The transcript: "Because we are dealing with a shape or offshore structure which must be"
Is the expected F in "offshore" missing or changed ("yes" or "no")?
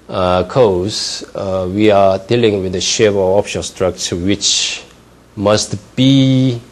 yes